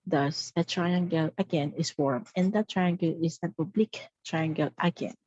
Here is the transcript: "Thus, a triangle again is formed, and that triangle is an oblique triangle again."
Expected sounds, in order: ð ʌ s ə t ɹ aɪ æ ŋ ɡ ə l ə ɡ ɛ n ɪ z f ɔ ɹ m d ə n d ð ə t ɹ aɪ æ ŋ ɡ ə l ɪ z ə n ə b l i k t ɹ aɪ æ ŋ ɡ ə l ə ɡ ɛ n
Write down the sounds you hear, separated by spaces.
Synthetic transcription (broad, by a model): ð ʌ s ə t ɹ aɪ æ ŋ ɡ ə l ə ɡ ɛ n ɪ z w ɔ ɹ m ə n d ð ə t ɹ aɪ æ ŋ ɡ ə l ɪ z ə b ə b l i k t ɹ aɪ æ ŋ ɡ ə l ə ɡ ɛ n